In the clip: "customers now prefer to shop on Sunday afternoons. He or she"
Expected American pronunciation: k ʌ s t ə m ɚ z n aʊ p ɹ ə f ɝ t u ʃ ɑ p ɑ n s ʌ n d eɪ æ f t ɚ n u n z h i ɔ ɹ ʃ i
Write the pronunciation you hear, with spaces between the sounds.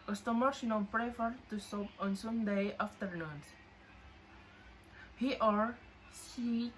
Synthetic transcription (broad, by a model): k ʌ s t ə m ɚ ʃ n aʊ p ɹ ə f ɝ t u s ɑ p ɑ n s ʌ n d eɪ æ f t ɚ n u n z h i ɔ ɹ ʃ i